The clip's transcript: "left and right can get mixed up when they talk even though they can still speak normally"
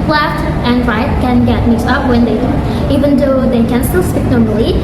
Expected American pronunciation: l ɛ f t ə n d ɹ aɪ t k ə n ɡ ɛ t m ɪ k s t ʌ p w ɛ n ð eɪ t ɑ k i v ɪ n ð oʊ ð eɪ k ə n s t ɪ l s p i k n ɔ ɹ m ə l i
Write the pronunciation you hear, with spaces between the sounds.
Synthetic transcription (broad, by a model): l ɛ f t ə n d ɹ aɪ t k ə n ɡ ɛ t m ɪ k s ʌ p w ɛ n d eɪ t i v ɪ n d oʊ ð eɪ k ə n s t ɪ l s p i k n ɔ ɹ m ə l i